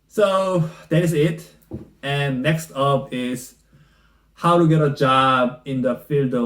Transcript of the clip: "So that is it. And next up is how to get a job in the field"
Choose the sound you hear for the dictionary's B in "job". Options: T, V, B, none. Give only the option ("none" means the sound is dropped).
B